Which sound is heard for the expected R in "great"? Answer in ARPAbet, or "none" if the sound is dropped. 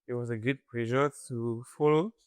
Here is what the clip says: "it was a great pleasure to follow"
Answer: none